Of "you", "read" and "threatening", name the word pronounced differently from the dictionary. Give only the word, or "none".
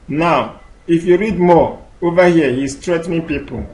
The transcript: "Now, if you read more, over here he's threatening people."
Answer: threatening